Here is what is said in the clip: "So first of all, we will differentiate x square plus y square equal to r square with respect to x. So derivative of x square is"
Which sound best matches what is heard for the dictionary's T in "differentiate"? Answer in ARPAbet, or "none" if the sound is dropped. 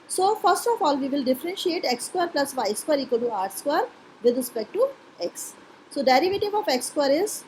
T